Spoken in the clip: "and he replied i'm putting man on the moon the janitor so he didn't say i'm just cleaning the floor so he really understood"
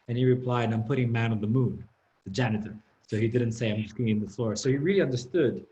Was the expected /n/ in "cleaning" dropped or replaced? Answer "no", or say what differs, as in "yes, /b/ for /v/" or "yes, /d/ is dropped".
yes, /n/ is dropped